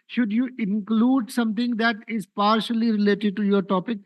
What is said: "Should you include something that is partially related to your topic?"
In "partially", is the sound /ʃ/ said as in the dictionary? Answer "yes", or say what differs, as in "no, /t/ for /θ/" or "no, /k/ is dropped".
yes